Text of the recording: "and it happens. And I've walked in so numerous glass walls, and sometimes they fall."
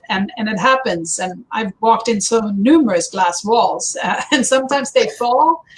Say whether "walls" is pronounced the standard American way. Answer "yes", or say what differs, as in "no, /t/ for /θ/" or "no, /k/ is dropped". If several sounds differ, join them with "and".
yes